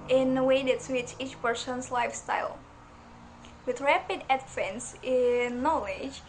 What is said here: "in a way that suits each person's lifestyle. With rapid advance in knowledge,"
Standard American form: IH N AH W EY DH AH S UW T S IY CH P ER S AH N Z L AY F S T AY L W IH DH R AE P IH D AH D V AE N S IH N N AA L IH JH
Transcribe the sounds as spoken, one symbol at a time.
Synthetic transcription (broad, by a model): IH N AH W EY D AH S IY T IY CH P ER S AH N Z L AY F S T AY L W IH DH R AE P IH D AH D F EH N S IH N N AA L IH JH